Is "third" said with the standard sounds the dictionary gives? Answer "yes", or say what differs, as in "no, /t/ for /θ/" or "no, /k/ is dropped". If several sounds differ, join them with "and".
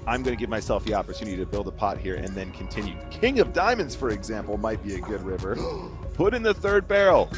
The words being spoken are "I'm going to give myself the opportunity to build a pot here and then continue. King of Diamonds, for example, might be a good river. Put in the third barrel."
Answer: yes